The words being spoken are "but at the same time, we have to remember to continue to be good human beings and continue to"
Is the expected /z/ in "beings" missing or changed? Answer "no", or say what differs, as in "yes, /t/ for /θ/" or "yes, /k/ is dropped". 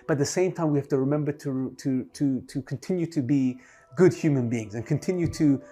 no